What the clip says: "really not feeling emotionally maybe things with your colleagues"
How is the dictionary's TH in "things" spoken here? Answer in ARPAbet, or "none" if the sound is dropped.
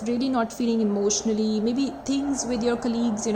T